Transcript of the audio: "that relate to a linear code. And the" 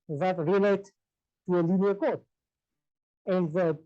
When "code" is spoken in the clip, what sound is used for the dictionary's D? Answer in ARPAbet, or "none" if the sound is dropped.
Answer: none